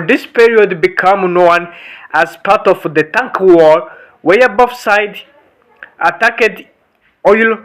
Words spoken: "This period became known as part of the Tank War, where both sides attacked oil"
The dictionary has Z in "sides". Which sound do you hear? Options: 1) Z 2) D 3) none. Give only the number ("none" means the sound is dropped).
3